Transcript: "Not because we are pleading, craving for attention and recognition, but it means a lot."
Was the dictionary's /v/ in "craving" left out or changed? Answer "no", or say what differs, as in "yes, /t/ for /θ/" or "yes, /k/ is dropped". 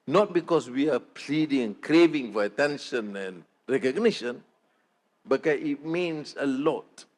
no